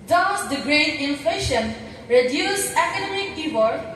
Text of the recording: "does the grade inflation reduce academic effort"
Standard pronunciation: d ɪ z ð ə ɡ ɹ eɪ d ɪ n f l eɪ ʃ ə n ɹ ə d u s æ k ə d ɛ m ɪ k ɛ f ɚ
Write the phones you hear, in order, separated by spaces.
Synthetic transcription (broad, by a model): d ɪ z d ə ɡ ɹ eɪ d ɪ n f l eɪ ʃ ə n ɹ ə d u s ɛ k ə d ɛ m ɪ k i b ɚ